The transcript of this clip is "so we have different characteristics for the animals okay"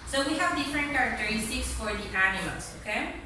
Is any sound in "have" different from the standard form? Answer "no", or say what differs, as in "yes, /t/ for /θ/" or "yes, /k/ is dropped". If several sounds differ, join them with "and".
no